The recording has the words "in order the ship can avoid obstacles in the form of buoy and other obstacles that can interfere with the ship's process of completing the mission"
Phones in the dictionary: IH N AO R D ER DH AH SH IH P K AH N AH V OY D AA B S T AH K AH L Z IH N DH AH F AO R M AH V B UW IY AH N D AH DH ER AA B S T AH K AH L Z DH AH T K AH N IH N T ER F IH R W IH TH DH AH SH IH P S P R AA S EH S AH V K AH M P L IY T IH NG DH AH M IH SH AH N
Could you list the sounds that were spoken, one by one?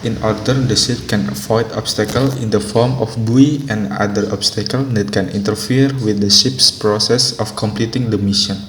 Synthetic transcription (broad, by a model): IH N AO R D ER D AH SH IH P K AH N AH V OY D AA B S T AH K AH L IH N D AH F AO R M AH F B UW IY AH N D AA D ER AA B S T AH K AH L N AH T K AH N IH N T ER F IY R W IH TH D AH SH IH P S P R AA S EH S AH F K AH M P L IY T IH NG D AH M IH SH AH N